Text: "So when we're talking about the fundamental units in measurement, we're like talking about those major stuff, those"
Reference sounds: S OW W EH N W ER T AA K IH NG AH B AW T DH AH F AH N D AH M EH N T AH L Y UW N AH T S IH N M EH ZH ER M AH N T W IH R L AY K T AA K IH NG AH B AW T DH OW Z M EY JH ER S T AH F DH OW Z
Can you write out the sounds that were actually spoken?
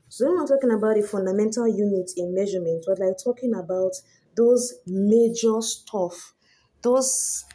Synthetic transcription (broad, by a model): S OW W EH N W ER T AA K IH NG AH B AW T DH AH F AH N D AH M EH N T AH L Y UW N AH T IH N M EH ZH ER M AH N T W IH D L AY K T AA K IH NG AH B AW T DH OW Z M EY JH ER S T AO F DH OW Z